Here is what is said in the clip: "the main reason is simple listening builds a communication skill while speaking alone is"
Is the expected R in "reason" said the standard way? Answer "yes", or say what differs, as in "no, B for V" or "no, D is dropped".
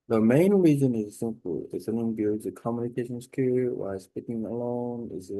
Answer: yes